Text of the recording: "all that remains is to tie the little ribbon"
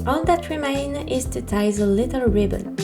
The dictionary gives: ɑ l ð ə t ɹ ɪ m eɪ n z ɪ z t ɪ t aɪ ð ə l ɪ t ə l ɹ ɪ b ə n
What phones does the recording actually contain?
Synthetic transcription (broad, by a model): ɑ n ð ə t ɹ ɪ m eɪ n ɪ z t ɪ t aɪ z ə l ɪ t ə l ɹ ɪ b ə n